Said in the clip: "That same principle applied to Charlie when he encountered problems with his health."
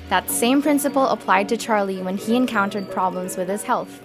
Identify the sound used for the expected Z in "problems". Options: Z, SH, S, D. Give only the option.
Z